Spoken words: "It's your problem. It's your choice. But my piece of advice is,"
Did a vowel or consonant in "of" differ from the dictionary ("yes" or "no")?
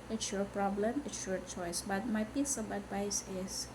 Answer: yes